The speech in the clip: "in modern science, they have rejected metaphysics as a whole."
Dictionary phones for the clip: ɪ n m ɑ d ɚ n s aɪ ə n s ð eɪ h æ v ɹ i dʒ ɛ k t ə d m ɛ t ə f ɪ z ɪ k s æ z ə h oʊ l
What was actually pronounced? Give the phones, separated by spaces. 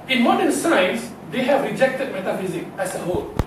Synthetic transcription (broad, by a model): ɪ n m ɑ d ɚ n s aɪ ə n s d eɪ h æ v ɹ i dʒ ɛ k t ə d m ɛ t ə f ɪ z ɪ k æ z ə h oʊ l